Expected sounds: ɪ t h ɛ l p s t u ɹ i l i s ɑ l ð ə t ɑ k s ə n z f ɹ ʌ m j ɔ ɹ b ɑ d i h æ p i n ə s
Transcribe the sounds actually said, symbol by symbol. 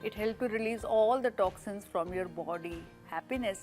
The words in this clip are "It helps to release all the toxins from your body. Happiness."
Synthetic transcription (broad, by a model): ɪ t h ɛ l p t u ɹ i l i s ɑ l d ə t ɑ k s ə n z f ɹ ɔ m j ɔ ɹ b ɑ d i h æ p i n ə s